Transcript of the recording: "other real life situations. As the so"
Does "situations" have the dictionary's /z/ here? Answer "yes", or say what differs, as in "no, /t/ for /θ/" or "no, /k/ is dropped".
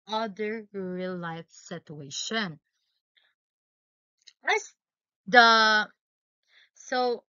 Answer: no, /z/ is dropped